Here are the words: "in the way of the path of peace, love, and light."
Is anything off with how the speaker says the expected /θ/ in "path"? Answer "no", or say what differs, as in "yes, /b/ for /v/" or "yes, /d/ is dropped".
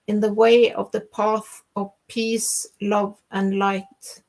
no